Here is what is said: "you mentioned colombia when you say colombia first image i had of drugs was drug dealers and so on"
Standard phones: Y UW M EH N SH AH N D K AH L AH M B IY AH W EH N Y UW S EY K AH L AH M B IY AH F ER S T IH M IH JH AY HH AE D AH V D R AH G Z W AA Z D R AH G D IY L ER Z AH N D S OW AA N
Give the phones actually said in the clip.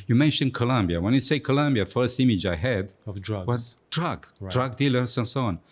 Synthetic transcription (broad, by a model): Y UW M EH N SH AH N K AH L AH M B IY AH W EH N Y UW S EY K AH L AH M B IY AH F ER S T IH M IH JH AY HH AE D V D W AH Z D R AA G R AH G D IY L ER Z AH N S OW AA N